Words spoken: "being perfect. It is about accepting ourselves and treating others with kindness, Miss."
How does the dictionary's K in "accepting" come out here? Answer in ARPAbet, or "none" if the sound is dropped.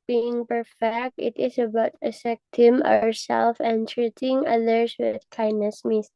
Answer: none